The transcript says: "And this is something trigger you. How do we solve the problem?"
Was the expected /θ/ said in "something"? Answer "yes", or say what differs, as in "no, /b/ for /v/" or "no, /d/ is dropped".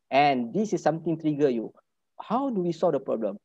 no, /t/ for /θ/